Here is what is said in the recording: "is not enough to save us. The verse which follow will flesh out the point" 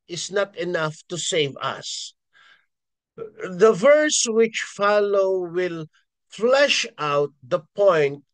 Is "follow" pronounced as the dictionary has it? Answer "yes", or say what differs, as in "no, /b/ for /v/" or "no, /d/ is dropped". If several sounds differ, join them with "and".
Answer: yes